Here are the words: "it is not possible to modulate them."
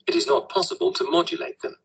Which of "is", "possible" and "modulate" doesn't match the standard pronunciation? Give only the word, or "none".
none